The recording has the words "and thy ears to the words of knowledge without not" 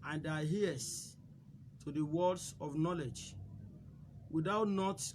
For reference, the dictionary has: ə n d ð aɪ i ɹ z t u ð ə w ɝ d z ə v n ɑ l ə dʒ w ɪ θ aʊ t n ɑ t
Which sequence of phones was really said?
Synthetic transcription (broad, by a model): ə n d aɪ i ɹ s t u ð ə w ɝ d s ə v n ɑ l ə dʒ w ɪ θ aʊ t n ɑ t